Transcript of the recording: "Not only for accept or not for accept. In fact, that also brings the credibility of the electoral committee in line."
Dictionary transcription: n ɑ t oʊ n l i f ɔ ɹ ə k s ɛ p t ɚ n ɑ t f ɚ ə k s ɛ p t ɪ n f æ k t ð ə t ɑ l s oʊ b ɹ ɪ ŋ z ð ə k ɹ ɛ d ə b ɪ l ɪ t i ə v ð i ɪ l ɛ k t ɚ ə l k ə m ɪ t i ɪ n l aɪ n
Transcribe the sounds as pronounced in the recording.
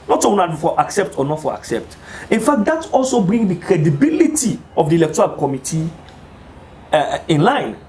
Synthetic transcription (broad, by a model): n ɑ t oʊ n i f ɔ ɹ ə k s ɛ p t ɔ n ɑ t f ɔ ə k s ɛ p t ɪ n f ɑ k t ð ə t ɑ l s oʊ b ɹ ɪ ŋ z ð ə k ɹ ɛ d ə b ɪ l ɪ t i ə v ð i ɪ l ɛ k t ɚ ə l k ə m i t i ɪ n l aɪ n